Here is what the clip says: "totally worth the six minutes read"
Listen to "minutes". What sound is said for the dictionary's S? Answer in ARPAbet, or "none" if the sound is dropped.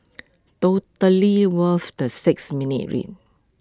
none